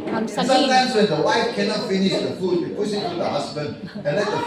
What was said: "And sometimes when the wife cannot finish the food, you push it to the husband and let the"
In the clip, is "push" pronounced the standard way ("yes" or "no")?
no